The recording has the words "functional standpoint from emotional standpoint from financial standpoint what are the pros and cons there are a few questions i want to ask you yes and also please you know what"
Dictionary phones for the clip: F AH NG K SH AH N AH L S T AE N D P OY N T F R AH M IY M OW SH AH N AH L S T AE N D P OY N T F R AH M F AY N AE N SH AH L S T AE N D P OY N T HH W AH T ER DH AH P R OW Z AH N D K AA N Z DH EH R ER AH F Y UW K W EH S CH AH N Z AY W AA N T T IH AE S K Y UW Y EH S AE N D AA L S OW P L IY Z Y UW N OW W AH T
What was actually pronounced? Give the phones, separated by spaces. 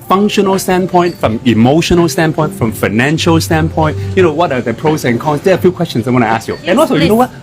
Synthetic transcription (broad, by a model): F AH NG K SH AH N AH L S T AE N P OY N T F R AH M IY M OW SH AH N AH L S T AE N P OY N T F R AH M F AY N AE N SH AH L S T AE N P OY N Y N W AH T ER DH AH P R OW S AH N K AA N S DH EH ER AH F Y UW K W EH S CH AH N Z AY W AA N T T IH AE S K Y UW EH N AA L S OW Y UW N OW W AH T